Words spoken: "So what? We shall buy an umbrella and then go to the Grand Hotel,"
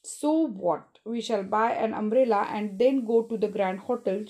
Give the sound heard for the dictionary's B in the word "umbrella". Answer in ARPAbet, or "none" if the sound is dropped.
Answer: none